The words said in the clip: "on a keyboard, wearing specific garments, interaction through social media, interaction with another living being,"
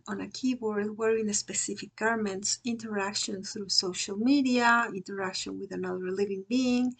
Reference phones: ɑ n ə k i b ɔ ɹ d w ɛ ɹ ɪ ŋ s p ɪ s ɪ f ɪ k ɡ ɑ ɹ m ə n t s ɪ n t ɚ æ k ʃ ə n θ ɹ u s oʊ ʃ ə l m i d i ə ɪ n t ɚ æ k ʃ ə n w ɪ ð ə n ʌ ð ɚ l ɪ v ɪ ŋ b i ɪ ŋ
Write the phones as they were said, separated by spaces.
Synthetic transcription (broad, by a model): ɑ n ə k i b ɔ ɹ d w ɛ ɹ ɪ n s p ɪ s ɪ f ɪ k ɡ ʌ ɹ m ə n t s ɪ n t ɚ æ k ʃ ə n θ ɹ u s oʊ ʃ ə l m i d i ə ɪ n t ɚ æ k ʃ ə n w ɪ ð ə n ʌ ð ɚ l ɪ v ɪ ŋ b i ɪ ŋ